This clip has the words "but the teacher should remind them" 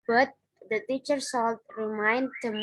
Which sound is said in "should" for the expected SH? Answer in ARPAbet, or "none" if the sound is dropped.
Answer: S